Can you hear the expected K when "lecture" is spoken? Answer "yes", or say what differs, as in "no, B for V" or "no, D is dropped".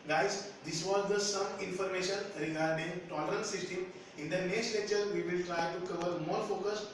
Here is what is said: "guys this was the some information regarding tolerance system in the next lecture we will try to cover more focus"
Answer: no, K is dropped